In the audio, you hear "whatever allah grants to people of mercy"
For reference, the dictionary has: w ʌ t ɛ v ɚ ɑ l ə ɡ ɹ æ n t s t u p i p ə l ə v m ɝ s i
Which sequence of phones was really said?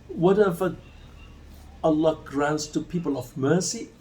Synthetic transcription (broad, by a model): w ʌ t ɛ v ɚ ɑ l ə ɡ ɹ æ n t s t u p i p ə l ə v m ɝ s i